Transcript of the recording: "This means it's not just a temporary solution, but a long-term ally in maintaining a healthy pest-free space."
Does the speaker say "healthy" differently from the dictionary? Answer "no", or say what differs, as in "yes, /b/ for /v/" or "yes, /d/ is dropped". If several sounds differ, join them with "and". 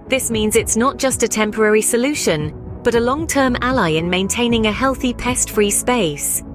no